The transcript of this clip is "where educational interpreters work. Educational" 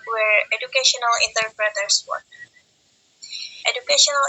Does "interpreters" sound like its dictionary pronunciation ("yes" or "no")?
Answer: no